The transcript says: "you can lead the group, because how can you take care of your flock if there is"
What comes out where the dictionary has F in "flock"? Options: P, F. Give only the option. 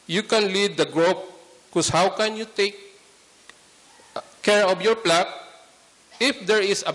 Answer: P